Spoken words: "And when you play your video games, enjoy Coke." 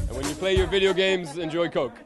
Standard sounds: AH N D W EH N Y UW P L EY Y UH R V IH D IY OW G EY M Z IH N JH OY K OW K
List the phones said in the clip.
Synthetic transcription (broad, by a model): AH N W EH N Y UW P L EY Y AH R V IH D IY OW G EY M Z IH N JH OY K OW K